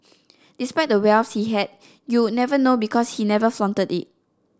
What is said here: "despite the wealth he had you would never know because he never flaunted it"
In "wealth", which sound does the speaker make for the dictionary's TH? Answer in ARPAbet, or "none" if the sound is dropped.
S